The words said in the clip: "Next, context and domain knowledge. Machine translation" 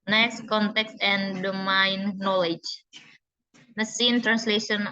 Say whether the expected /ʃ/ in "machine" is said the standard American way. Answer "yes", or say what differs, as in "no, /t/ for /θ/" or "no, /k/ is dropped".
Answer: no, /s/ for /ʃ/